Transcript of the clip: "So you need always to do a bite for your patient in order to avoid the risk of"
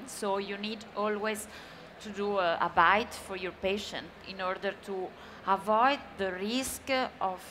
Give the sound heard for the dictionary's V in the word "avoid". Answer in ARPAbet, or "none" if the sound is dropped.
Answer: V